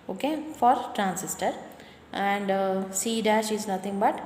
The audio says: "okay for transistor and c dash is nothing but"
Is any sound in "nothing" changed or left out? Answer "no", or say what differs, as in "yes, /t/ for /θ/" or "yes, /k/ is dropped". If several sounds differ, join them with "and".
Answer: yes, /t/ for /θ/